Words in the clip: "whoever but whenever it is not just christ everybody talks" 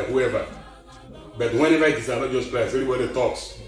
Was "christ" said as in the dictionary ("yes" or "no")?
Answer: no